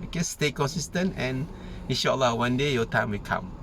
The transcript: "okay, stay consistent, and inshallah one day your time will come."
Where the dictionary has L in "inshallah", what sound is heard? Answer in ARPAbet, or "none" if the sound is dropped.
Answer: L